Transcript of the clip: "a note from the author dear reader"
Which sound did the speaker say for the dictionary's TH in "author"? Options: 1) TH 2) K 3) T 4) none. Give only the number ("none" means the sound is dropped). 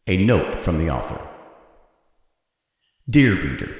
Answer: 1